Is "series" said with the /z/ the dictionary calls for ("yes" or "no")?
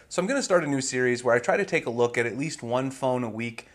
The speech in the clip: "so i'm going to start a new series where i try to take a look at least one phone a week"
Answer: yes